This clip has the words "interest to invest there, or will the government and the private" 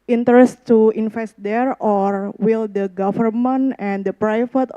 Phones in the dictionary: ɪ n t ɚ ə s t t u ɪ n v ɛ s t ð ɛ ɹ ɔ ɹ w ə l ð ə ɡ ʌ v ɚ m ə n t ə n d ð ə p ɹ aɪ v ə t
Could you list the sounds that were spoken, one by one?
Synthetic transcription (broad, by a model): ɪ n t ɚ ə s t t u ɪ n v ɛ s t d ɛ ɹ ɔ ɹ w ə l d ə ɡ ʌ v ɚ m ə n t ə n d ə p ɹ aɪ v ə t